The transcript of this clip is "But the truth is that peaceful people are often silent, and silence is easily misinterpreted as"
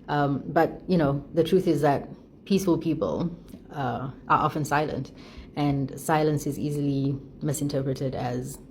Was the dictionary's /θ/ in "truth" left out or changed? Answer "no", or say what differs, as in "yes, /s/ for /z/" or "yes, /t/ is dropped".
no